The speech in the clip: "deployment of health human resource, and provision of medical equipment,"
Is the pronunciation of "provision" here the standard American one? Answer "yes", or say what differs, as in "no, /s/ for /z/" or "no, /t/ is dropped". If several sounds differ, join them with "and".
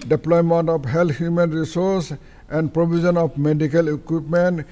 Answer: no, /b/ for /v/ and /z/ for /ʒ/